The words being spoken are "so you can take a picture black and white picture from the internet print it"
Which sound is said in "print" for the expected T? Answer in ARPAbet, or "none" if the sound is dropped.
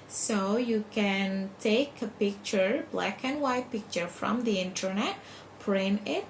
none